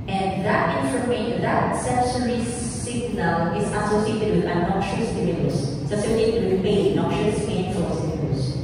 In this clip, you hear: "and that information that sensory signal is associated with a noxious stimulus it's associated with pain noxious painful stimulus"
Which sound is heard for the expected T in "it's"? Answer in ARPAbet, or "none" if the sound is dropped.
S